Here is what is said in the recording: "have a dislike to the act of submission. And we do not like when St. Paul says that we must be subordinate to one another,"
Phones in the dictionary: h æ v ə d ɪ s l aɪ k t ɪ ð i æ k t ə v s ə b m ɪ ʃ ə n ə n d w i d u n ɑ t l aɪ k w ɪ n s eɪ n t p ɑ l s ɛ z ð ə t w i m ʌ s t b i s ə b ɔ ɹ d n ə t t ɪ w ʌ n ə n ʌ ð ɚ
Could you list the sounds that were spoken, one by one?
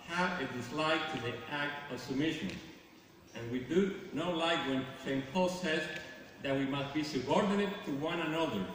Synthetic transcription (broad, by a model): h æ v ə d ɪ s l aɪ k t ɪ ð i æ k t ə v s ə b m ɪ ʃ ə n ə n w i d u n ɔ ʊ l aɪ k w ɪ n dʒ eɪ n p ɑ l s ɛ z ð ə t w i m ʌ s t b i s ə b ɔ ɹ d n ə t t ɪ w ʌ n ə n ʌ ð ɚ